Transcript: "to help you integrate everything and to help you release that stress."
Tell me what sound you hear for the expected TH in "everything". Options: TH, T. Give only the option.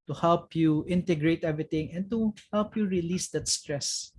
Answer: T